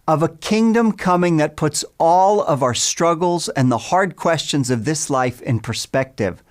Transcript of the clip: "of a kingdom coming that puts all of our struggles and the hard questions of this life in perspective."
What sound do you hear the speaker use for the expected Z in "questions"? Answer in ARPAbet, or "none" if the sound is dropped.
Z